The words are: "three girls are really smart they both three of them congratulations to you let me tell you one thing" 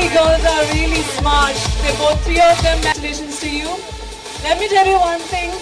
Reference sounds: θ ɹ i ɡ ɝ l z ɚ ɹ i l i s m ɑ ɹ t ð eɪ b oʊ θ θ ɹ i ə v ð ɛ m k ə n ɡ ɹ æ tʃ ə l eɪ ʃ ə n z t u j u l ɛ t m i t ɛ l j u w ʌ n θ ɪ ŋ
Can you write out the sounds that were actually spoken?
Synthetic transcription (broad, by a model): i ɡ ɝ z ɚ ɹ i l i s m ɑ ɹ t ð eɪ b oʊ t ɹ i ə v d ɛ m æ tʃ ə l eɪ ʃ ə n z t u j u l ɛ t m i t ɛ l j u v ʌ n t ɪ ŋ